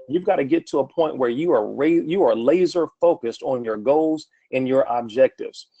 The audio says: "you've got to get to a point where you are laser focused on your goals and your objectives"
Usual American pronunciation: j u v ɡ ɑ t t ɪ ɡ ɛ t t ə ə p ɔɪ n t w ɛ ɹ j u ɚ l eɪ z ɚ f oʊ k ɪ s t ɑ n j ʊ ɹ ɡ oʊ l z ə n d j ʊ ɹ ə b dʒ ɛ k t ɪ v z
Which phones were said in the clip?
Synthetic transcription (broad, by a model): j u v ɡ ɑ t t ɪ ɡ ɛ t t ə ə p ɔɪ n t w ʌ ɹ j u ɚ l eɪ z ɚ f oʊ k ɪ s t n j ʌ ɹ ɡ oʊ l z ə n j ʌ ɹ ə b dʒ ɛ k t ɪ v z